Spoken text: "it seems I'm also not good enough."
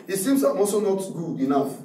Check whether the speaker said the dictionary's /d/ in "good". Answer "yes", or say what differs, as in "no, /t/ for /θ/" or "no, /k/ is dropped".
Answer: no, /d/ is dropped